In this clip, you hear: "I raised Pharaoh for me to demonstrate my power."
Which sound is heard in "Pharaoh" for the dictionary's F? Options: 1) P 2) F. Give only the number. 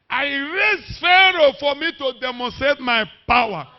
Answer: 2